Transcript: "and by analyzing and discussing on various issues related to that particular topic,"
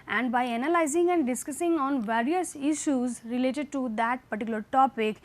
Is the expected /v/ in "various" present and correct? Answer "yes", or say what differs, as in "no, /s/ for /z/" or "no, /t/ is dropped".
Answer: yes